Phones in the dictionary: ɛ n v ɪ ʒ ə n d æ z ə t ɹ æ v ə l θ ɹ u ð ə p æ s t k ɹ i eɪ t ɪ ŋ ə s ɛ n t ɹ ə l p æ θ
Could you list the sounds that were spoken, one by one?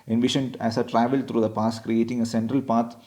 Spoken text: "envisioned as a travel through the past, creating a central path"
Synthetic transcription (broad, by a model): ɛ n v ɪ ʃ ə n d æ s ə t ɹ æ v ə l t ɹ u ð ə p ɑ s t k ɹ i eɪ t ɪ ŋ ə s ɛ n t ɹ ə l p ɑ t